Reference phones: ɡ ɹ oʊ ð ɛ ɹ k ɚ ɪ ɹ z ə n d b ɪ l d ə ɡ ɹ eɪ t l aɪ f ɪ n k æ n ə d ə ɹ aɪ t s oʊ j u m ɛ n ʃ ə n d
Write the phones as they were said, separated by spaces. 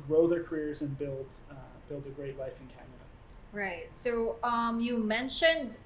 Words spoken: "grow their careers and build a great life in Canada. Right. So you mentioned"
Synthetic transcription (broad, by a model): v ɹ oʊ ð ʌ ɹ k ɚ ɪ ɹ z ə n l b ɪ l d ə ɡ ɹ eɪ t l aɪ f ɪ n k æ n ə d ə ɹ aɪ t s oʊ j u m ɛ n ʃ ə n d